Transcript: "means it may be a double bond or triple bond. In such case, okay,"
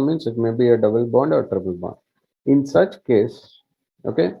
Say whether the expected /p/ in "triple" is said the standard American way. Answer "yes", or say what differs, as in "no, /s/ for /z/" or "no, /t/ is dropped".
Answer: no, /b/ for /p/